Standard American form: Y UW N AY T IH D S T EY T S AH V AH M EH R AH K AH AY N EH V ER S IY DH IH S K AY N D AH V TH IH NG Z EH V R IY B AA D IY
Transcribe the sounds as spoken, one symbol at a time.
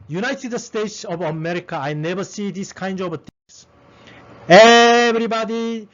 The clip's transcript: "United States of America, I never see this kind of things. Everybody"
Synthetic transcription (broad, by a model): Y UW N AY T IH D S T EY T S AH V AH M EH R AH K AH AY N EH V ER S IY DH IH S K AY N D AH V T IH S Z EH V R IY B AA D IY